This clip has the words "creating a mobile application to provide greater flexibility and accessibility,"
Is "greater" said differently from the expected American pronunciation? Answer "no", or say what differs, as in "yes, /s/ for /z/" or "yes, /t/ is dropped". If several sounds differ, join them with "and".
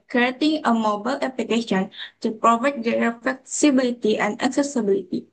yes, /ɹ/ is dropped